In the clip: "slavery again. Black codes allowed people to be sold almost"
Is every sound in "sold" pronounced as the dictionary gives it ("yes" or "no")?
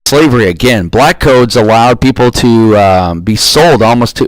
yes